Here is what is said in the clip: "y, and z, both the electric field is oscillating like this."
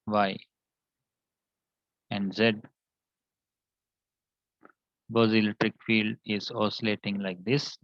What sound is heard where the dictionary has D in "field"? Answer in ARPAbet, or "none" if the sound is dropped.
D